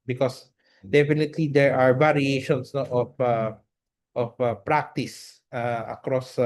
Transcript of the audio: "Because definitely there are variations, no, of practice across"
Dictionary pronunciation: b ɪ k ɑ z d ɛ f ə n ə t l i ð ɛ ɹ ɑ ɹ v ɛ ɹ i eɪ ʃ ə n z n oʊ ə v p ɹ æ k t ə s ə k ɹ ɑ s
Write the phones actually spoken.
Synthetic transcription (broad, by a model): b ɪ k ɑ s d ɛ f ə n ə t l i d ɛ ɹ ɑ ɹ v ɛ ɹ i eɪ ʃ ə n s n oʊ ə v p ɹ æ k t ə s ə k ɹ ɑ s